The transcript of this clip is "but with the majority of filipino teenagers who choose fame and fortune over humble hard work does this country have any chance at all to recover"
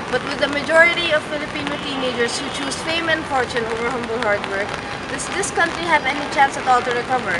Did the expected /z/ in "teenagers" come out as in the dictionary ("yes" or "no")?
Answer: no